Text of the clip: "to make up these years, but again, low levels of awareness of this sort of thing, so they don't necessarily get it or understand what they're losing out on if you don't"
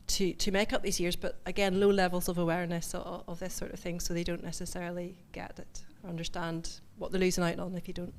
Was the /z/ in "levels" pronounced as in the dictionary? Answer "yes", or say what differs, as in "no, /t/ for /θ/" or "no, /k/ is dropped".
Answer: yes